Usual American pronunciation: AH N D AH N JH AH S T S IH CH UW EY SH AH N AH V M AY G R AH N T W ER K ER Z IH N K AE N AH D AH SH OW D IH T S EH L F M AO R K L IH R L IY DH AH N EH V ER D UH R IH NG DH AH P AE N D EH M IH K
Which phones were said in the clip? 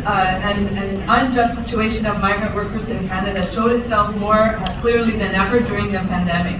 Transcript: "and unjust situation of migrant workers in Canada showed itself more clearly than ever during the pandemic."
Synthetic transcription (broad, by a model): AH N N AH N JH AH S T S IH CH UW EY SH AH N AH V M AY G R AH N T W ER K ER Z IH N K AE N AH D AH SH OW D IH T S EH L F M AO R K L IH R L IY DH AH N EH V ER D UH R IH NG DH AH P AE N D EH M IH K